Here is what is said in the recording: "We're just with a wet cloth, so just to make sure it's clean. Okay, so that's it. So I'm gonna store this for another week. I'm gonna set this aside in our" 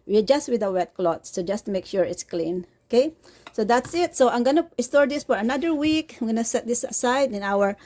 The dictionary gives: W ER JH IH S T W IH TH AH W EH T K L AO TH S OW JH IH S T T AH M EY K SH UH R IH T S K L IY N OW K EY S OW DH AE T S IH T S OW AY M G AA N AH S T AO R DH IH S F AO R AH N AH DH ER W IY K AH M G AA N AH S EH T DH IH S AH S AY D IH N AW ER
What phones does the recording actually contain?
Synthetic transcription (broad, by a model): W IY JH IH S T W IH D AH W EH T K L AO T S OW JH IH S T T M EY K SH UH R IH T S K L IY N OW K EY S OW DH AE T S IH T S OW AY M G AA N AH S T AO R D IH S F AO R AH N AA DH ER W IY K AH M G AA N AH S EH T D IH S AH S AY D IH N AW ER